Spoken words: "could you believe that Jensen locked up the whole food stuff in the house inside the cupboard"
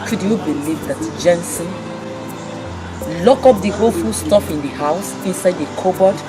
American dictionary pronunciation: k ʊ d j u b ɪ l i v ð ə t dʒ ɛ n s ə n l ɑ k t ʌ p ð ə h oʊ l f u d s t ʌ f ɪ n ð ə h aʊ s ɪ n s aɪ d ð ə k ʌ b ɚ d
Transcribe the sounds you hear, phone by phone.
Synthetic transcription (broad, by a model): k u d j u b ɪ l i v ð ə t dʒ ɛ n s ə n l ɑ k ɔ p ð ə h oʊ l f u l s t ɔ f ɪ n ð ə h aʊ s ɪ n s aɪ d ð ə k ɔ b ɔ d